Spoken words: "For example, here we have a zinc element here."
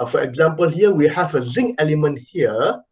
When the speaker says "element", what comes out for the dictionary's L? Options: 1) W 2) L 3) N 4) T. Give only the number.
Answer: 2